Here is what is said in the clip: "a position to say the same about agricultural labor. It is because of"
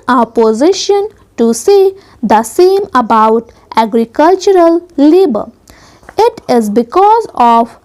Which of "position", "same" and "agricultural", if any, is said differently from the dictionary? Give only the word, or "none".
none